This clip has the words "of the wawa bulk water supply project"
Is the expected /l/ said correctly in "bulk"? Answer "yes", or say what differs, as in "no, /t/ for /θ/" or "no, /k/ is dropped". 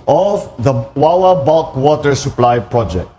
no, /l/ is dropped